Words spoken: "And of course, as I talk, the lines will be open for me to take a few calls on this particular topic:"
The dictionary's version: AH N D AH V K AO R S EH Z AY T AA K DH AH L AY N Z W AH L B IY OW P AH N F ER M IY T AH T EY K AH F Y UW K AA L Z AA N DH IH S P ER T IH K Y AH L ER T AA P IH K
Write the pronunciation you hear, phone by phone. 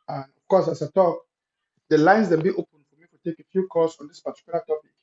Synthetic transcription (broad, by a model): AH N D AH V K AO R S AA S AY T AA K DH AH L AY N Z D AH N B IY OW P AH N F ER M IY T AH T EY K AH F Y UW K AA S AA N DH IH S P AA T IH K Y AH L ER T AA P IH K